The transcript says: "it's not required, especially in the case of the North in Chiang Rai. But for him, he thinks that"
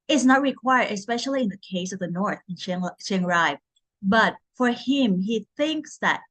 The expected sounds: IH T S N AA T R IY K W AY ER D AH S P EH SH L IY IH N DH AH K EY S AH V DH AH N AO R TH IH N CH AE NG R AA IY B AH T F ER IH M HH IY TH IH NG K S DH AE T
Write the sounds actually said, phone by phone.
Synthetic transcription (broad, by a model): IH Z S N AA T R IY K W AY ER D AH S P EH SH L IY IH N DH AH K EY S AH V DH AH N AO R TH IH N SH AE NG R AA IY B AH T F ER IH M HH IY TH IH NG K S DH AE T